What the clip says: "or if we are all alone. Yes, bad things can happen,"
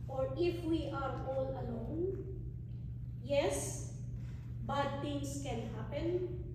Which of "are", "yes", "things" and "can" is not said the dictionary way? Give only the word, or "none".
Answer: things